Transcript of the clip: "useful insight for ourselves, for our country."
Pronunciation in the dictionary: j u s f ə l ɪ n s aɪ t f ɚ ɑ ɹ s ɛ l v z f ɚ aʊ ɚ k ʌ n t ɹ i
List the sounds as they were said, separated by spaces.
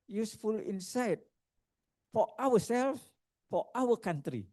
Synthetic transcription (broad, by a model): j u s f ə l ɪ n s aɪ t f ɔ ɑ w s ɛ l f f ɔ aʊ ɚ k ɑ n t ɹ i